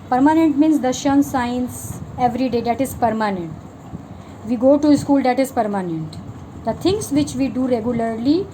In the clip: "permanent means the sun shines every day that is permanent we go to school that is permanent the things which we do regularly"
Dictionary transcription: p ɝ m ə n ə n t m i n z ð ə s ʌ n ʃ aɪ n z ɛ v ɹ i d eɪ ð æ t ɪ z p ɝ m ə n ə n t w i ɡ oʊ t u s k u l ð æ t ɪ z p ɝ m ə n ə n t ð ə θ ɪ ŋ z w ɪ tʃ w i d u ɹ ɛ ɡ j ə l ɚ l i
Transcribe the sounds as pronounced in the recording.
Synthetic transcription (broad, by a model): p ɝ m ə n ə n t m i n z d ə ʃ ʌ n s aɪ n s ɛ v ɹ i d eɪ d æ t ɪ z p ɝ m ə n ə n t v i ɡ oʊ t u s k u l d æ t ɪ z p ɝ m ə n ə n t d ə t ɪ ŋ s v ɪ tʃ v i d u ɹ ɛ ɡ j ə l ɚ l i